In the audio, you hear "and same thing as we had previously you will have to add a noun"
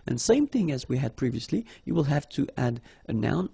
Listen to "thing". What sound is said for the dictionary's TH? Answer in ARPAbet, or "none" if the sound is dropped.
TH